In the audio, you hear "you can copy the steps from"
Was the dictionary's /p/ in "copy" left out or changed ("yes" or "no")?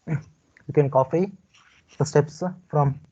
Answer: yes